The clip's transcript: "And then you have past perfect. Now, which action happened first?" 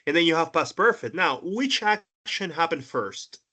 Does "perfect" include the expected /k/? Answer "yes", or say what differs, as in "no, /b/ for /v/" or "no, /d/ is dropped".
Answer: no, /k/ is dropped